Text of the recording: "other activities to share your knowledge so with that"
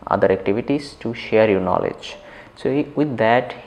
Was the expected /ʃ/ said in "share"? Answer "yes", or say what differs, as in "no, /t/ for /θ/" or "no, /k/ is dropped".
yes